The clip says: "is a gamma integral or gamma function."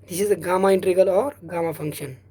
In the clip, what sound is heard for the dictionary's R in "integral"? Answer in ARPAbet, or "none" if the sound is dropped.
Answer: none